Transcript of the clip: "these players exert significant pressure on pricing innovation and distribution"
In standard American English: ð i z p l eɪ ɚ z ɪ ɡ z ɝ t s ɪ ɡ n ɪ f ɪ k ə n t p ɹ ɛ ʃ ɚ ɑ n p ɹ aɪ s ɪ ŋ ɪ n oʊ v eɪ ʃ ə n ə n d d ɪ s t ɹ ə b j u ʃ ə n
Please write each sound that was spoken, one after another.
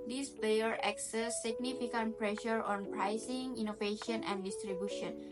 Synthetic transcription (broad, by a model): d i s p eɪ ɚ ɪ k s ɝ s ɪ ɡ n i f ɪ k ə n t p ɹ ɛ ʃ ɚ ɑ n p ɹ aɪ s ɪ ŋ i n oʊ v eɪ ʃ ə n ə n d d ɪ s t ɹ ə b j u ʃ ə n